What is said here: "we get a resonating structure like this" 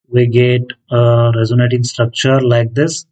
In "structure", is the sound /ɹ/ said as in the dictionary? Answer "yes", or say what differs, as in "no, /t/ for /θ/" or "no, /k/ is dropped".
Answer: yes